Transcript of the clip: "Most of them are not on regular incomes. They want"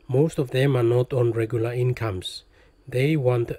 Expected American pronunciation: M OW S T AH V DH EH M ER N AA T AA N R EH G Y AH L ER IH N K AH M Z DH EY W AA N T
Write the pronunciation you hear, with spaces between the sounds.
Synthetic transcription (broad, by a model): M OW S T AH V DH EH M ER N AA T AA N R EH G Y AH L ER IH N K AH M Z DH EY W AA N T